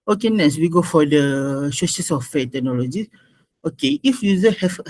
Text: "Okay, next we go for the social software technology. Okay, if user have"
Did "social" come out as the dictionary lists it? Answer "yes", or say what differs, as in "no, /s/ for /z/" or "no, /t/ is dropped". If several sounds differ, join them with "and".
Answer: no, /ʃ/ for /s/